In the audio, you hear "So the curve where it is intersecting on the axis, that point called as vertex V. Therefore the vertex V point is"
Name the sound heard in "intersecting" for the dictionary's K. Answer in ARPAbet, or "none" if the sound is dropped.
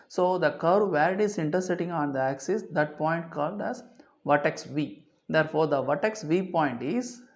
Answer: none